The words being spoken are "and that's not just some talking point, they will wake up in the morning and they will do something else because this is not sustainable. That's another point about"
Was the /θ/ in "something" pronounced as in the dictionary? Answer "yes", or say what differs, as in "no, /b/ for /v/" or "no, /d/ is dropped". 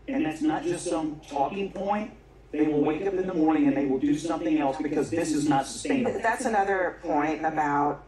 yes